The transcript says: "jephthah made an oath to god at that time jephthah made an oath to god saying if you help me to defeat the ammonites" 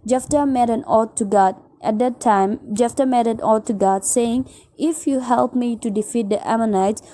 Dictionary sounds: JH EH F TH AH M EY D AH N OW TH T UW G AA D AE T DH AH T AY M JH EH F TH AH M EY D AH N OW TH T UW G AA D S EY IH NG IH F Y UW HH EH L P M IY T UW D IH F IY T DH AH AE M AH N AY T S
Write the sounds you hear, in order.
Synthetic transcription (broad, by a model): JH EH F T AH M EY D AH N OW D T UW G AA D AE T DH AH T AY M JH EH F T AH M EY D AH N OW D T UW G AA D S EY IH NG IH F Y UW HH EH L P M IY T UW D IH F IY T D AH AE M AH N AY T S